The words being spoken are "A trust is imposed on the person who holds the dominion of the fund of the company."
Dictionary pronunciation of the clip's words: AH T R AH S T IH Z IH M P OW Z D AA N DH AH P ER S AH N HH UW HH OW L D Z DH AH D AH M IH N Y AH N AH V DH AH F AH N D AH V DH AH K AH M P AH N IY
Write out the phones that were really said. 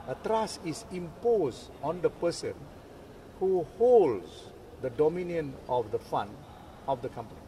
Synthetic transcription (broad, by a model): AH T R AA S IH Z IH M P OW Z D AA N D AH P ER S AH N HH UW HH OW L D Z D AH D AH M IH N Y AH N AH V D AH F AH N AH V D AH K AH M P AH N IY